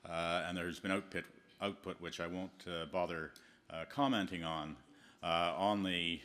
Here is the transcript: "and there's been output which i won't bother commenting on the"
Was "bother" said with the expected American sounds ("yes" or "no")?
yes